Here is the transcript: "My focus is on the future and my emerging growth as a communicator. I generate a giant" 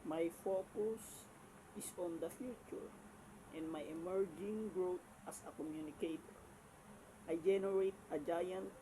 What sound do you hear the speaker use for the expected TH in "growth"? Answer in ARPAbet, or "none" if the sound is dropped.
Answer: T